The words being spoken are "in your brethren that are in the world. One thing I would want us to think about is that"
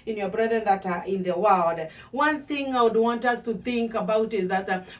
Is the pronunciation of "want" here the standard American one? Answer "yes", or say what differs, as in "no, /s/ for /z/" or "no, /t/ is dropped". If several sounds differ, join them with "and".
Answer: yes